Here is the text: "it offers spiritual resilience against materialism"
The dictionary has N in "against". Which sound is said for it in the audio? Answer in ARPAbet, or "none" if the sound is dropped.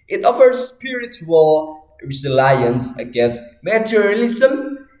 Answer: none